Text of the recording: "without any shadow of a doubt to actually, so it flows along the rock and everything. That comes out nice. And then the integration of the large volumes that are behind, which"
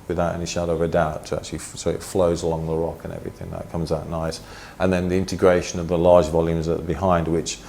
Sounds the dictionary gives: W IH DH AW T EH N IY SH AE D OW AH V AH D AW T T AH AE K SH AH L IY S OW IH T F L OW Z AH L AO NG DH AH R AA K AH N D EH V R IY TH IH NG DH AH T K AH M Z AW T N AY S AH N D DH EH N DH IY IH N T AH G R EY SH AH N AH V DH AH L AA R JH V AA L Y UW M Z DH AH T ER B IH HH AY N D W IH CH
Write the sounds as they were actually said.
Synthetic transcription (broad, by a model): W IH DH AW T EH N IY SH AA D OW AH V AH D AW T T AH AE K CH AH L IY S OW IH T F L OW Z AH L AO NG DH AH R AA K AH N EH V R IY TH IH NG DH AH T K AH M Z AW T N AY S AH N DH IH N DH IY IH N T AH G R EY SH AH N AH V DH AH L AA R JH V AA L Y UW M Z DH AH T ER B IH HH AY N D W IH CH